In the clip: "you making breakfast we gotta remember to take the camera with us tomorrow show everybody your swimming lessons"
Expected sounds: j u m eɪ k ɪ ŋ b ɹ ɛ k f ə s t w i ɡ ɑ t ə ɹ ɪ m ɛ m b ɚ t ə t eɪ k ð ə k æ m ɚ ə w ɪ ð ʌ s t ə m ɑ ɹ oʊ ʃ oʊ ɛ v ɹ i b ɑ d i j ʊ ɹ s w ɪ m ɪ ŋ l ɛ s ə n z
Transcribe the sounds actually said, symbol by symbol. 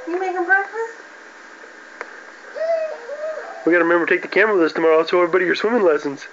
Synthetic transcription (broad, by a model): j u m eɪ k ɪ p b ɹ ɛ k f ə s w i ɡ ɑ t ə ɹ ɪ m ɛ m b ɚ t ə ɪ k ð ə k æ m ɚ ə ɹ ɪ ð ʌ s t ə m ɑ ɹ oʊ s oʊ ɛ v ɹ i b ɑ d i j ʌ ɹ s w ɪ m ɪ ŋ l ɛ s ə n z